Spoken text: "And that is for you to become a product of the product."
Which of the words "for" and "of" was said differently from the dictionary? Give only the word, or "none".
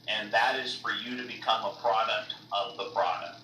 none